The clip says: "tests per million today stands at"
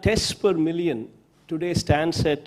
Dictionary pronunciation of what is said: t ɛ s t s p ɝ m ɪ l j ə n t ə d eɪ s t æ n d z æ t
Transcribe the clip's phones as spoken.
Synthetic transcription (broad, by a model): t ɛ s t p ɝ m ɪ l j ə n t ə d eɪ s t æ n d s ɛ t